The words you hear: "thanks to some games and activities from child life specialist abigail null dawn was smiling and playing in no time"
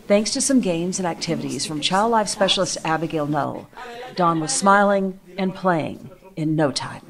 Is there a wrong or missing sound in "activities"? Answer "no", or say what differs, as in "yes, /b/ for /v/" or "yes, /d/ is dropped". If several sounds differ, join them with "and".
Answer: no